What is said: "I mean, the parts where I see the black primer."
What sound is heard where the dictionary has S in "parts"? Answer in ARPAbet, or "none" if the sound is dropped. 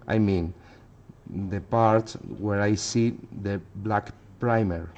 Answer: none